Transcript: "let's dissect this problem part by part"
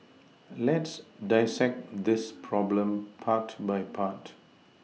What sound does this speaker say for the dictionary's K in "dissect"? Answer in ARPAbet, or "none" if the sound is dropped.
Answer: K